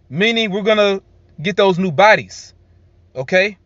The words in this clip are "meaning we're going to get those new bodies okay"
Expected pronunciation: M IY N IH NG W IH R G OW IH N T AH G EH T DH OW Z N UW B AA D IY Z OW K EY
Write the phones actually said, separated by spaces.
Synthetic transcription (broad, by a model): M IY N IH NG W IH R G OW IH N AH G EH T DH OW Z N UW B AA D IY Z OW K EY